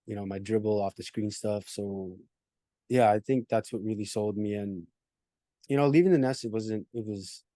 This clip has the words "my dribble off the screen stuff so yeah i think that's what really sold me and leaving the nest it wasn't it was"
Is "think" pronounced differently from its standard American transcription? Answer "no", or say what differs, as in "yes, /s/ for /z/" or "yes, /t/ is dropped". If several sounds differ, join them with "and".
no